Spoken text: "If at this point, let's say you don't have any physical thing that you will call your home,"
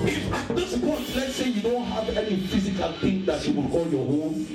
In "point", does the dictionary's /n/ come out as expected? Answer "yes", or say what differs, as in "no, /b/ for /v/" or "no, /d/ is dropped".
no, /n/ is dropped